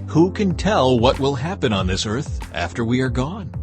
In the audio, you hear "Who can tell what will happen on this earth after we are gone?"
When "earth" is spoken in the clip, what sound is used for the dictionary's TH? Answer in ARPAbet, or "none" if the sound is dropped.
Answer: TH